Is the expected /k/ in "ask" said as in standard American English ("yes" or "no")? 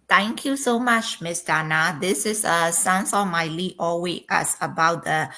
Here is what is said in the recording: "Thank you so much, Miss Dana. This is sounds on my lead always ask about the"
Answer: no